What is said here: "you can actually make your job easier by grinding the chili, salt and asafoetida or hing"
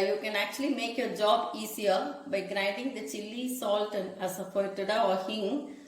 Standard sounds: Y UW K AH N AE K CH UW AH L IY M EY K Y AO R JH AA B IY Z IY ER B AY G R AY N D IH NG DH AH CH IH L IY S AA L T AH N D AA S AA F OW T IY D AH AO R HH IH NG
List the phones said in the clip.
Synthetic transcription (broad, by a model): Y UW K AH N AE K CH UW AH L IY M EY K Y AO R JH AA B IY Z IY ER B AY G R AY N D IH NG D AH CH IH L IY S AA L T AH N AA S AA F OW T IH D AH AO R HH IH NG